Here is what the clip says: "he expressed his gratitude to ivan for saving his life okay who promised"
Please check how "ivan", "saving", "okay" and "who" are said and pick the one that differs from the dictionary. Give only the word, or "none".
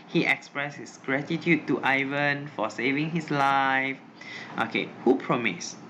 none